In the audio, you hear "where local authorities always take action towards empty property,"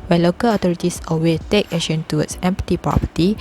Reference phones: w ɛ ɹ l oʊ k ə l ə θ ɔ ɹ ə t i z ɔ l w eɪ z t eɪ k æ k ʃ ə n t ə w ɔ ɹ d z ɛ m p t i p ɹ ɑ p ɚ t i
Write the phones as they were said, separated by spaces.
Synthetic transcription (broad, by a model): w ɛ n l oʊ k ə l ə t ɔ ɹ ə t i s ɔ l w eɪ t eɪ k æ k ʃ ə n t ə w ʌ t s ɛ m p t i p ɹ ɑ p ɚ t i